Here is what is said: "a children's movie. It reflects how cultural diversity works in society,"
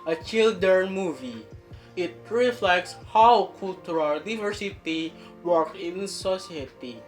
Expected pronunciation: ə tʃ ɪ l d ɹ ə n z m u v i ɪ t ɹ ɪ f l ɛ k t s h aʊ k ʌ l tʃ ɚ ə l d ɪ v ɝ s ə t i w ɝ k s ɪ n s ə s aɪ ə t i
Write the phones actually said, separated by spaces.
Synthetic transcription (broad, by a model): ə tʃ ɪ l d ə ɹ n m u v i ɪ t ɹ ɪ f l ɛ k t s h aʊ k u l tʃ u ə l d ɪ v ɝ s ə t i w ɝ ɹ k ɪ n s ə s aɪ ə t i